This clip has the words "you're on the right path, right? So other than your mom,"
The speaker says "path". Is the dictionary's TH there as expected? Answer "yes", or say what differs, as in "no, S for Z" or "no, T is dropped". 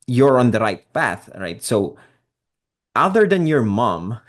yes